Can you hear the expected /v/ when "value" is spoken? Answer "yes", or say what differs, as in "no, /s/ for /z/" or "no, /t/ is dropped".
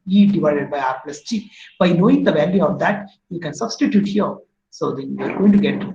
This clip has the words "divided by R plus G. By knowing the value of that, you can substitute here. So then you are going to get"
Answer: yes